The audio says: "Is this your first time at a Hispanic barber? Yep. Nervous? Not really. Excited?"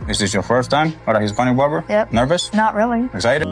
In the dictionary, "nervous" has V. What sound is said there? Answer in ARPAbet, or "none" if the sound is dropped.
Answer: V